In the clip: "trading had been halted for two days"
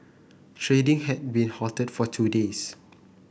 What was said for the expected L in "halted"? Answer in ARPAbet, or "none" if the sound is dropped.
none